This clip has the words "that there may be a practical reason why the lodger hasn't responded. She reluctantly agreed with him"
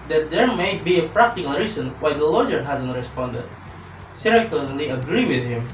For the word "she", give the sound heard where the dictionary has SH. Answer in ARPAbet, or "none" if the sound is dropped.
S